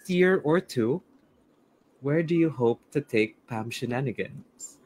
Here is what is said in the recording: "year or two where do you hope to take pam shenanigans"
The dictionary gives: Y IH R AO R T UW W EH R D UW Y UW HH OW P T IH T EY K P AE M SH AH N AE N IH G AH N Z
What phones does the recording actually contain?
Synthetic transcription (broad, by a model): Y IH R AO R T UW W EH R D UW Y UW HH OW P T IH T EY K P AE M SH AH N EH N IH G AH N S